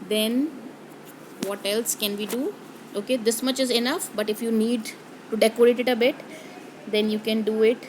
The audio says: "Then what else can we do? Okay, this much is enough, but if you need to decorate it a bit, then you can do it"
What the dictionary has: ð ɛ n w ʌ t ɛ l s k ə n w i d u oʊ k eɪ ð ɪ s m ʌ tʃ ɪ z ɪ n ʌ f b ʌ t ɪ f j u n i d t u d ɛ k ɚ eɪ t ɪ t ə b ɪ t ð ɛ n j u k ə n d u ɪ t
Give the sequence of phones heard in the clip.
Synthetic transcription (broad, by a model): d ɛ n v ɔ t ɛ l s k ə n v i d u oʊ k eɪ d ɪ s m ʌ tʃ ɪ z ɪ n ʌ f b ʌ t ɪ f j u n i d t u d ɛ k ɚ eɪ t ɪ t ə b ɪ t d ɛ n j u k ə n d u ɪ t